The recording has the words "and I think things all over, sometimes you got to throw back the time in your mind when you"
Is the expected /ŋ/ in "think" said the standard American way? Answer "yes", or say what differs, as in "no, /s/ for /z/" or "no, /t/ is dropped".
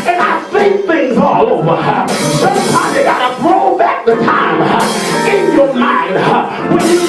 no, /ŋ/ is dropped